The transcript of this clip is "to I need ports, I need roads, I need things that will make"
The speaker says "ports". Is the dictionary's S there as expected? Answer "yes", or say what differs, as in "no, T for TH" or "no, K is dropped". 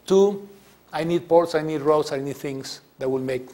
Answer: yes